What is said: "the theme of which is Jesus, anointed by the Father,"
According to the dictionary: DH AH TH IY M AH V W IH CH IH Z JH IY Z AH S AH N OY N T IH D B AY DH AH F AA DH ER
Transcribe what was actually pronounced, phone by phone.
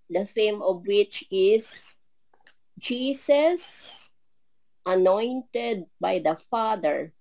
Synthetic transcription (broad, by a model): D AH F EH M AH V W IH CH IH S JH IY S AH S AH N OY N T IH D B AY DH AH F AA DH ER